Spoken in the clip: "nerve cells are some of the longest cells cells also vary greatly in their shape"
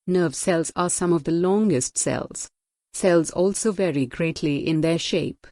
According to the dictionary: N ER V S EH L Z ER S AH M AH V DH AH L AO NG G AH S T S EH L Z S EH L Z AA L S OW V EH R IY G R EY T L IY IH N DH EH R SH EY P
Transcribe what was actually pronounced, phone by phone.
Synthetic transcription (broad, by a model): N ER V S EH L Z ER S AH M AH V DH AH L AO NG G AH S T S EH L Z S EH L Z AA L S OW V EH R IY G R EY T L IY IH N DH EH SH EY P